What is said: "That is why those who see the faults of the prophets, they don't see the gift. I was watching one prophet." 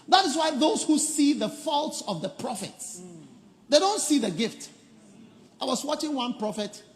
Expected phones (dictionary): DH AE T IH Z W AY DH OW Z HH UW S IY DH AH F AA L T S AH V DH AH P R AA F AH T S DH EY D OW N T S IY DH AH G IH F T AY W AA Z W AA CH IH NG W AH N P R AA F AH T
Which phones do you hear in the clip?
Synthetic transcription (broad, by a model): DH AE T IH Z W AY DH OW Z HH UW S IY DH AH F AA L T S AH V DH AH P R AA F AH T S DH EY D OW N T S IY DH AH G IH F T AY W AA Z W AA CH IH NG W AH N P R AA F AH T